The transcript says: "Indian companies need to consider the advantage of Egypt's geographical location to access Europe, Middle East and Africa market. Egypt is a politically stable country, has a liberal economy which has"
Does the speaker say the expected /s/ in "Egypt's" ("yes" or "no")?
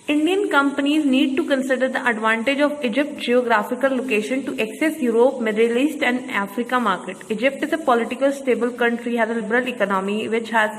no